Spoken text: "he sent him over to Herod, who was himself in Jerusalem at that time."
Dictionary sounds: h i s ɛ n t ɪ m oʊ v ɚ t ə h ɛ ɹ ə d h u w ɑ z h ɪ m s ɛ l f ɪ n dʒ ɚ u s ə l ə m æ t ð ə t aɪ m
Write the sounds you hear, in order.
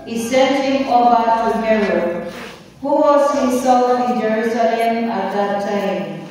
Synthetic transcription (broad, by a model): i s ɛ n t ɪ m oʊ b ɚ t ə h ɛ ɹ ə h u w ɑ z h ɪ s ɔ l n ɪ n dʒ ɚ u s ə l ə m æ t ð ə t aɪ m